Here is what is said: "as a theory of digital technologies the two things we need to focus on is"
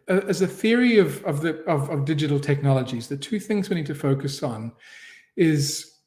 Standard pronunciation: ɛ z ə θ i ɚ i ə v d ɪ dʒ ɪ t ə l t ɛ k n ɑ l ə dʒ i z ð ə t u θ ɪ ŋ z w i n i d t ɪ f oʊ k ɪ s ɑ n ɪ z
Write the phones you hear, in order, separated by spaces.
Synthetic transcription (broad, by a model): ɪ z ə θ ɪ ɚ i ə v d ɪ dʒ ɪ t l t ɛ k n ɑ l ə dʒ i z ð ə t u θ ɪ ŋ z w i n i d t ɪ f oʊ k ɪ s n ɪ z